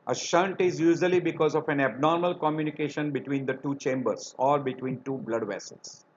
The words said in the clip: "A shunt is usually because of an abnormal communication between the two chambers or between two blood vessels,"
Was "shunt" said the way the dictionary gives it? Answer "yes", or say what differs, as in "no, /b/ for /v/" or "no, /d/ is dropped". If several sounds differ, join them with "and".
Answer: yes